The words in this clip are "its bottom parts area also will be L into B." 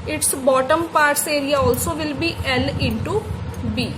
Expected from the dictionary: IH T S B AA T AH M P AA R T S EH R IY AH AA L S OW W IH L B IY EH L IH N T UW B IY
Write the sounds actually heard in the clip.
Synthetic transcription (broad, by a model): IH T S B AA T AH M P AA R T S EH R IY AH AA L S OW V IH L B IY EH L IH N T UW B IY